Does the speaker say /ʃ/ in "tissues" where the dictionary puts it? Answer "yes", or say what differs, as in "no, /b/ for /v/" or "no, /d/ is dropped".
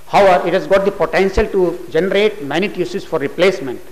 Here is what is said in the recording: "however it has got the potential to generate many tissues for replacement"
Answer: no, /s/ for /ʃ/